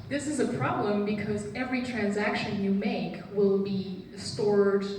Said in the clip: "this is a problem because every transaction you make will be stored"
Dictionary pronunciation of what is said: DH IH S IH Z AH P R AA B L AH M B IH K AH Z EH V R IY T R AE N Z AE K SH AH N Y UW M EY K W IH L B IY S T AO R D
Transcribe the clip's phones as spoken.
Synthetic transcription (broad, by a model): DH IH S IH Z AH P R AA B L AH M B IH K AH Z EH V R IY T R AE N Z AE K SH AH N Y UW M EY K W IH L B IY S T AO R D